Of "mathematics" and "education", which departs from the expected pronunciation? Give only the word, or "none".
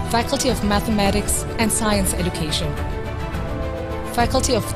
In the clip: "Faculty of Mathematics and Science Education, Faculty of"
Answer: none